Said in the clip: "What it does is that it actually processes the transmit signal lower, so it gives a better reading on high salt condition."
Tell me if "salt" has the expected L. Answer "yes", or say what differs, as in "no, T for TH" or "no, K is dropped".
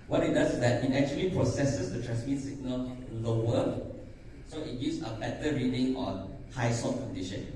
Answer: no, L is dropped